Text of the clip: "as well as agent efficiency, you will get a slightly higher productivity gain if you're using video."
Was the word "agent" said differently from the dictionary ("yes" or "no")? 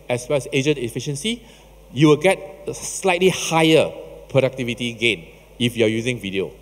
yes